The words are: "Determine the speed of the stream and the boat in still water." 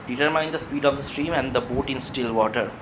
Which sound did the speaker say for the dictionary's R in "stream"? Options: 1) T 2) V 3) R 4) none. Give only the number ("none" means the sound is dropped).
3